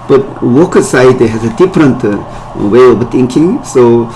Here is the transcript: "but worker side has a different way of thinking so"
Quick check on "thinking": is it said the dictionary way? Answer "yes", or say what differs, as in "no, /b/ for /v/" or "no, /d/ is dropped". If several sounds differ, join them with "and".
no, /t/ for /θ/